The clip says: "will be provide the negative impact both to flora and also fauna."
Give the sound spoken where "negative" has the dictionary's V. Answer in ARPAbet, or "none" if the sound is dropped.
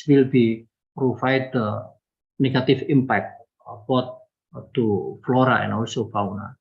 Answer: F